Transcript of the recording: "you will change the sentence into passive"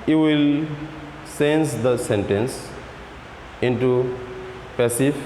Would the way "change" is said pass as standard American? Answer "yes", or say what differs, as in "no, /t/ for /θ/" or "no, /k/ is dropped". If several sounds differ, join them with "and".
no, /s/ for /tʃ/